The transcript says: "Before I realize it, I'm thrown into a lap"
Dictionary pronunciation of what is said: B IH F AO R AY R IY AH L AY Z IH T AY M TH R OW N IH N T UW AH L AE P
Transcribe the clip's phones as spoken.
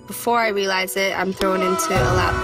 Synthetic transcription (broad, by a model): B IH F AO R AY R IY AH L AY Z IH T AY M TH R OW N IH N T UW AH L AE